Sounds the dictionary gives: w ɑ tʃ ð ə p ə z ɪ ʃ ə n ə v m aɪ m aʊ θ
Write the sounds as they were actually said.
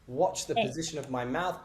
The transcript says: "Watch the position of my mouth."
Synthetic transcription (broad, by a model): w ɑ tʃ ð ə p ə z ɪ ʃ ə n ə v m aɪ m aʊ θ